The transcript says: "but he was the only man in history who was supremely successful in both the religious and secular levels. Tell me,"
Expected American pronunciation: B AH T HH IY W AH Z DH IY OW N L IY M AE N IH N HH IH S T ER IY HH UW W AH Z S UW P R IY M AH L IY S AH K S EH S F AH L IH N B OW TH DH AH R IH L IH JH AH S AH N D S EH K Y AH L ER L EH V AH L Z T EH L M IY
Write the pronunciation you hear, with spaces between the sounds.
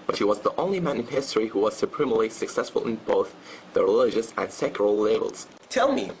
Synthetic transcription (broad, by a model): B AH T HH IY W AH Z DH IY OW N L IY M AE N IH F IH S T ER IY HH UW W AH Z S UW P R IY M L IY S AH K S EH S F AH L IH N B OW TH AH R IH L IH JH AH S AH N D S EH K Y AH L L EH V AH L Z T EH L M IY